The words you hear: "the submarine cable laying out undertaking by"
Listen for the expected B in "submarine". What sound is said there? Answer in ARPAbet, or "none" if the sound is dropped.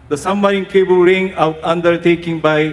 none